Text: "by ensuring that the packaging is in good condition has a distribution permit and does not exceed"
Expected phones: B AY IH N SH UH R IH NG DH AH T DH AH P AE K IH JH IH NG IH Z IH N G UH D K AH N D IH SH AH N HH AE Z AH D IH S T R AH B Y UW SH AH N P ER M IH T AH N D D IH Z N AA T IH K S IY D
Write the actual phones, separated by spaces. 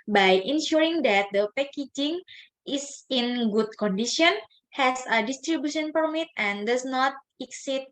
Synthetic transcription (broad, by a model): B AY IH N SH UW R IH NG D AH T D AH P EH K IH JH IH NG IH S IH N G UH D K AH N D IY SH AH N HH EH S AH D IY S T R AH B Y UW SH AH N P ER M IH T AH N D D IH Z N AA T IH K S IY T